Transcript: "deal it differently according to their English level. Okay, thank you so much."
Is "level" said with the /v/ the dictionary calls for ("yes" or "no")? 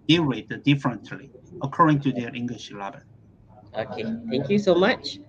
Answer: no